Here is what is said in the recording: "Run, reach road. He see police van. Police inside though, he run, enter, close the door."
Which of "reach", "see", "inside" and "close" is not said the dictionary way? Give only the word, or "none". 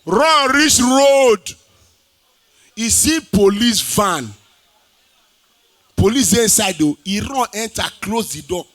reach